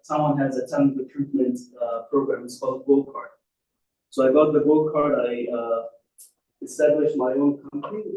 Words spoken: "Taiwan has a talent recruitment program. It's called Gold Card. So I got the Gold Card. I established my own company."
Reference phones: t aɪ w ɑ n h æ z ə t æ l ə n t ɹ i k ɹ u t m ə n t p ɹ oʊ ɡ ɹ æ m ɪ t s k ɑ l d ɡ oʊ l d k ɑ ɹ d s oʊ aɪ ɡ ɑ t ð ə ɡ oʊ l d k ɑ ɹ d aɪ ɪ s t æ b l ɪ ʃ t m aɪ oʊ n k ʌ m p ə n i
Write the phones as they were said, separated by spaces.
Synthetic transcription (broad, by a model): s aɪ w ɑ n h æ z ə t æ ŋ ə t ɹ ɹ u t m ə n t p ɹ oʊ ɡ ɹ æ m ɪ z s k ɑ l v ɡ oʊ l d k ɑ ɹ d s oʊ aɪ ɡ ɑ t ð ə ɡ oʊ l d k ɑ ɹ d aɪ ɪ s t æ b l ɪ ʃ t m aɪ oʊ n k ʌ m p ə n i